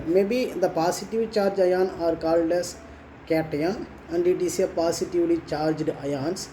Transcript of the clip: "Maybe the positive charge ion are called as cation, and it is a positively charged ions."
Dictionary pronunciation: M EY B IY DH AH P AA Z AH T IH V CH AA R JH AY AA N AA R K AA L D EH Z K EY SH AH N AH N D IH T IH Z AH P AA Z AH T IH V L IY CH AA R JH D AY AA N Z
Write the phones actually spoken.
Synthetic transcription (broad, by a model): M EY B IY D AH P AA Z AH T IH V CH AA R JH AY AA N AA R K AA L D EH S K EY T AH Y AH N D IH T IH S AH P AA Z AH T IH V L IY CH AA R JH D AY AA N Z